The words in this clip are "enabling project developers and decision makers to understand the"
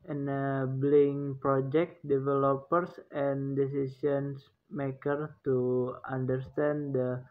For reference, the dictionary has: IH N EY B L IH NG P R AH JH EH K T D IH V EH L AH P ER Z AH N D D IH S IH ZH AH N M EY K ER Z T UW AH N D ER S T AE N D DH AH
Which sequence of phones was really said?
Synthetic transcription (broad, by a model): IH N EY B L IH NG P R AH JH EH K T D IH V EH L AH P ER S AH N D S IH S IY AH N M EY K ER T UW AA N D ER S T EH N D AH